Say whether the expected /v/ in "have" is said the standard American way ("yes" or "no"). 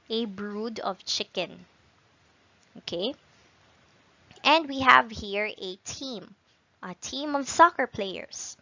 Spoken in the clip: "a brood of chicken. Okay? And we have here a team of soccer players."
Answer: yes